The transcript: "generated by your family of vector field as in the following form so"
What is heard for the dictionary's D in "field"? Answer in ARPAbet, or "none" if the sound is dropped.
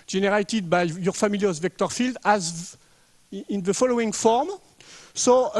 D